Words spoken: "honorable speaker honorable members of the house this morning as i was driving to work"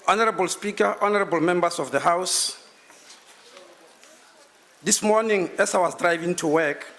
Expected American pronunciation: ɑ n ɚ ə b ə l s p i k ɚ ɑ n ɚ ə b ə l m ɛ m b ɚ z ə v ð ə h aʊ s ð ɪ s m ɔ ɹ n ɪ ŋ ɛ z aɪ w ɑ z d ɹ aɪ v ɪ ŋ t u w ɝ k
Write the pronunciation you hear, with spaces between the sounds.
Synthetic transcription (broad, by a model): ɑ n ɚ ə b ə l s p i k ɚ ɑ n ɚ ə b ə l m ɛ m b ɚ s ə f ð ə h aʊ s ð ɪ s m ɔ n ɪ ŋ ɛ s aɪ w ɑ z d ɹ aɪ v ɪ ŋ t u w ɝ k